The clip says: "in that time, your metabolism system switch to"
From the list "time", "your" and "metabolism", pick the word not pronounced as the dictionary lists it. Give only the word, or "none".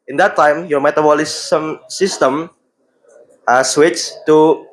metabolism